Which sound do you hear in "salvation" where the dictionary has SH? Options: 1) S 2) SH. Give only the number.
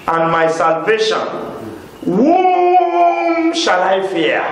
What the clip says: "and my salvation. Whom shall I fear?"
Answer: 2